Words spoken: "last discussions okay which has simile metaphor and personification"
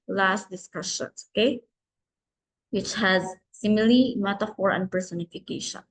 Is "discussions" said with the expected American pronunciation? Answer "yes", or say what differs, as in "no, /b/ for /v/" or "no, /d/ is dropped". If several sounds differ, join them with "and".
no, /s/ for /z/